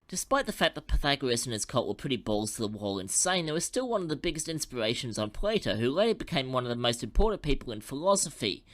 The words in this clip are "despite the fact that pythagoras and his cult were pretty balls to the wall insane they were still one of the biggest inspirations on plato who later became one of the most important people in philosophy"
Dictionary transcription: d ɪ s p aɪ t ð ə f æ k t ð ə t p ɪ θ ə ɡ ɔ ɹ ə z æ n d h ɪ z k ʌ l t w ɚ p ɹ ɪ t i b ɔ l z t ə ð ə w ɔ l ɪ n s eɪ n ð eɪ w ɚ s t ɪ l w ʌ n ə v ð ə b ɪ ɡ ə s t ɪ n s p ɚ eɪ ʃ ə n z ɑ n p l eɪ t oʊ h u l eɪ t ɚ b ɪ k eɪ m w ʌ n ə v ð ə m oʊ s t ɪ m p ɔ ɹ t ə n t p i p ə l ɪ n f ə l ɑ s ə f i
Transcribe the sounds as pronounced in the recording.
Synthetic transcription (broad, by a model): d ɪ s p aɪ t ð ə f æ k ð ə t p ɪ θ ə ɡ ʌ ɹ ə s n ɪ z k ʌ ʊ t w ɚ p ɹ ɪ t i b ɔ l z t ə ð ə w ɔ l ɪ n s eɪ n ð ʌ w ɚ s t ɪ l w ʌ n ə v ð ə b ɪ ɡ ə s t ɪ n s p ɚ eɪ ʃ ə n z n p l eɪ t oʊ h u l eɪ b ɪ k eɪ m w ʌ n ə v ð ə m oʊ s t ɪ m p ɔ ɹ t n p i p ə l ɪ n f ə l ɑ s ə f i